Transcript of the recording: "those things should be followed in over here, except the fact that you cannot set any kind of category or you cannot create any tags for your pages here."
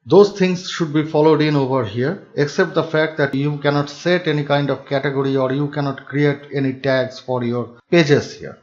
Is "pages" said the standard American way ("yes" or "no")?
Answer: no